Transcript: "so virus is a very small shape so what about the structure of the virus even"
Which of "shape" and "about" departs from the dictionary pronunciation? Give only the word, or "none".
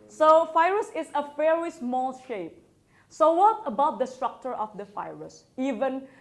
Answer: none